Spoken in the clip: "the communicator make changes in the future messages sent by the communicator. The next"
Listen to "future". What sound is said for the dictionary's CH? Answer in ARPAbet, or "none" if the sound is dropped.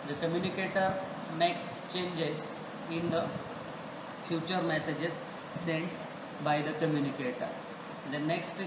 CH